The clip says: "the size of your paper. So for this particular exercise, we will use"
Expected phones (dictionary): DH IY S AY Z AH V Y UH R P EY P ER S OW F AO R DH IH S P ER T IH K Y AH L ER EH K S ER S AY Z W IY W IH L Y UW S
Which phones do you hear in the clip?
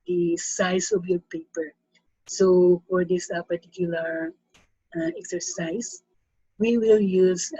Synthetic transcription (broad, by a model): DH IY S AY S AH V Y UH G P EY P ER S OW F AO R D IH S P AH T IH K Y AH L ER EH K S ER S AY S W IY W IH L Y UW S